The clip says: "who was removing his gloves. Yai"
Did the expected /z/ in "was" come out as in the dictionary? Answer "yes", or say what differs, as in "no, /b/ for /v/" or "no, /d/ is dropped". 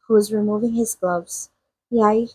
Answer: yes